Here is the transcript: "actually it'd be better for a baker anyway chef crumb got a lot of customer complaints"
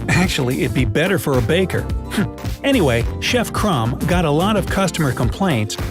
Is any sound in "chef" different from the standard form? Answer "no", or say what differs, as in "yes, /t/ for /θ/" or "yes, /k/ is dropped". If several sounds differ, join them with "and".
no